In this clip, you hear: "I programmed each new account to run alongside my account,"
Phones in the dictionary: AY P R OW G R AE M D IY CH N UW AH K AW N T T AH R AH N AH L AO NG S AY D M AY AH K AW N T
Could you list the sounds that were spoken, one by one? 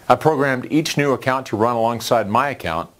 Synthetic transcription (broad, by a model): AY P R OW G R AE M D IY CH N UW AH K AW N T T AH R AH N AH L AO NG S AY D M AY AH K AW N T